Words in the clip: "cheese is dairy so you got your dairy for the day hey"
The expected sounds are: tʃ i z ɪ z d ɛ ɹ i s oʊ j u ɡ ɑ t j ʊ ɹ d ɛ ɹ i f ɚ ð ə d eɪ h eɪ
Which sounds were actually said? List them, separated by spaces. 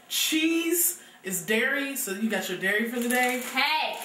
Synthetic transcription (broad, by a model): tʃ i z ɪ z d ɛ ɹ i s oʊ j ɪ ɡ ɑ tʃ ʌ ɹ d ɛ ɹ i f ɚ ð ə d eɪ h eɪ